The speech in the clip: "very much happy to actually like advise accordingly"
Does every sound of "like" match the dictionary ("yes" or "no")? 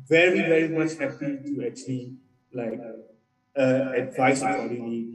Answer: yes